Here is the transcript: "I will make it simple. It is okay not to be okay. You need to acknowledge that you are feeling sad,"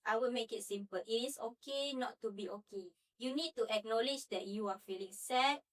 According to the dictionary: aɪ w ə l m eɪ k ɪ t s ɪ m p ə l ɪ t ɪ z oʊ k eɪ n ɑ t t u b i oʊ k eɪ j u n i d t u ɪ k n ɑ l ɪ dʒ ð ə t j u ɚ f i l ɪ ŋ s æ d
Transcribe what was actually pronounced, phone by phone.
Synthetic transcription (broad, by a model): aɪ w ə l m eɪ k ɪ t s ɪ m p ə l ɪ t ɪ s oʊ k eɪ n ɑ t t u b i oʊ k eɪ j u n i d t u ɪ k n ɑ l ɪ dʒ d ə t j u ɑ f i l ɪ ŋ s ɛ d